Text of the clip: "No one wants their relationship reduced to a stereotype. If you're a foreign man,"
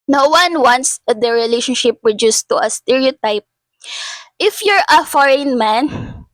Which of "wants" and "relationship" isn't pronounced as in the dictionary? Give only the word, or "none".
none